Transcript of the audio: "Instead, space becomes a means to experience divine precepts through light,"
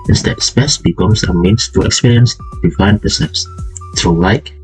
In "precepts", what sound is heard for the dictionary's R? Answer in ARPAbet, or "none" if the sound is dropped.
none